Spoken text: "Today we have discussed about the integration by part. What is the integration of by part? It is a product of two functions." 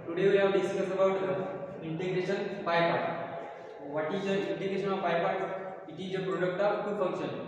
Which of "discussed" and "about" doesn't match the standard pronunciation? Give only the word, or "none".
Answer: discussed